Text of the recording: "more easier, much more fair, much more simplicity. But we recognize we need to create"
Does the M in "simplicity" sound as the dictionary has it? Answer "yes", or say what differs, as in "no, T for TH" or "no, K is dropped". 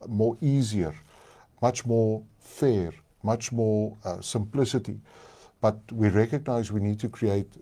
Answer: yes